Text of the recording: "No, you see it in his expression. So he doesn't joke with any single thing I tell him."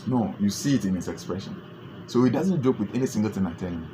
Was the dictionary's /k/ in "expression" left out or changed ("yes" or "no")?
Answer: no